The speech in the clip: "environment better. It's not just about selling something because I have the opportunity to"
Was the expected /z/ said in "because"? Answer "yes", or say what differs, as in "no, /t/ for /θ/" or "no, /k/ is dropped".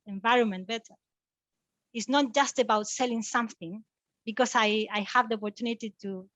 no, /s/ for /z/